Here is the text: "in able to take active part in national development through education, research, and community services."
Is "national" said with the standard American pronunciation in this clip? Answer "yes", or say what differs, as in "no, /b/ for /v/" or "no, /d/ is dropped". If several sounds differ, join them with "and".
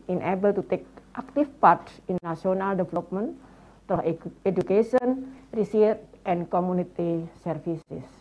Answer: no, /ʃ/ is dropped